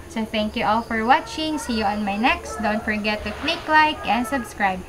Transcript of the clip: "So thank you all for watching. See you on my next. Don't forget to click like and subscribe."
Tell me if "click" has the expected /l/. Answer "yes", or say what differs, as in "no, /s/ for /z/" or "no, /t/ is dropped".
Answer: yes